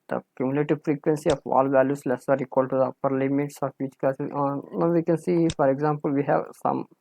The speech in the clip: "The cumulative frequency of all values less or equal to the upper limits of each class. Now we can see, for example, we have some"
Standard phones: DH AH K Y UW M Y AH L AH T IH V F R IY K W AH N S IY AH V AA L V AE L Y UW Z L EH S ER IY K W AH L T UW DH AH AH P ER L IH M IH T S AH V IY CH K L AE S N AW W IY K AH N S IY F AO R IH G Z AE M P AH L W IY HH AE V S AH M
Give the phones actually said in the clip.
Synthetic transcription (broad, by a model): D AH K Y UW M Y L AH T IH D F R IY K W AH N S IY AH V AA L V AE L Y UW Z L EH S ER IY K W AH L T UW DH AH AH P ER L IH M IH T S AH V IY CH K AH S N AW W IY K AH N S IY F AO R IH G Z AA M P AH L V IY HH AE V S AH M